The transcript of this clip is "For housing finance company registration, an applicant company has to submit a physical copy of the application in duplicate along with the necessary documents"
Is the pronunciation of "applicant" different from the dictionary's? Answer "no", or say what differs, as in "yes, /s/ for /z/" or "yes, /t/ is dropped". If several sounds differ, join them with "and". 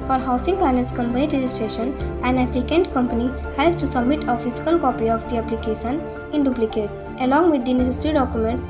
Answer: no